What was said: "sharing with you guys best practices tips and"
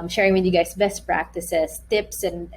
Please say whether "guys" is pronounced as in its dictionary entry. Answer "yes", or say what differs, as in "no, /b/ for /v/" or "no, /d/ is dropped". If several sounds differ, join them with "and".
no, /s/ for /z/